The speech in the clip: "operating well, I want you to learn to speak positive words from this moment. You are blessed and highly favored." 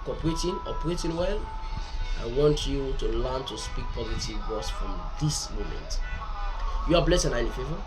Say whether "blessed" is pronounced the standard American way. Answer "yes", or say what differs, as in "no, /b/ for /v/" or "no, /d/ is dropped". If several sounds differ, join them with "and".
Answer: no, /t/ is dropped